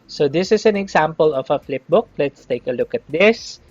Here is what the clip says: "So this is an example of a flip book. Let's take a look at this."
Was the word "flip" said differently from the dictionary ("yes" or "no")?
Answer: no